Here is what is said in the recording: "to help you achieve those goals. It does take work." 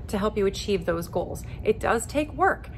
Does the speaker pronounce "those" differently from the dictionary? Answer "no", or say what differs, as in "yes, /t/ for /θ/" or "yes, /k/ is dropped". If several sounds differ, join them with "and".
no